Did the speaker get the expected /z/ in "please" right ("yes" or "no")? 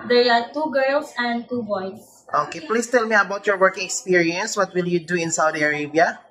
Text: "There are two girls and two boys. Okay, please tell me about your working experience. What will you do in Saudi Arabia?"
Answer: no